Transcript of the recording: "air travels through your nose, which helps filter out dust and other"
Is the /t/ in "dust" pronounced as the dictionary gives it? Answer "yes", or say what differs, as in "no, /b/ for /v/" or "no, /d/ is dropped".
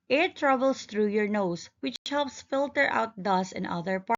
no, /t/ is dropped